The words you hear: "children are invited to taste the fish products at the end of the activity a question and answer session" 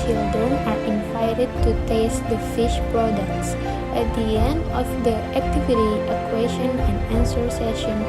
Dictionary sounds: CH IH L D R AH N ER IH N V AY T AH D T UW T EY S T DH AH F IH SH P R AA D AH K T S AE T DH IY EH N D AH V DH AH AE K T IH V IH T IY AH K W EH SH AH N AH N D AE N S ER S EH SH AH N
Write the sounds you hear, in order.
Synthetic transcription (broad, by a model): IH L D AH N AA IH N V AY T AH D T UW T EY S T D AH F IH SH P R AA D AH K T S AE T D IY EH N D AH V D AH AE K T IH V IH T IY AH K W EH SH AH N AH N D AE N S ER S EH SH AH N